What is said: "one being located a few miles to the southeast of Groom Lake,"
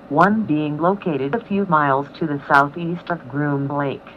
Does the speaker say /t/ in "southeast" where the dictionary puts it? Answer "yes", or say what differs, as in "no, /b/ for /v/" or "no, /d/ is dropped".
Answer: yes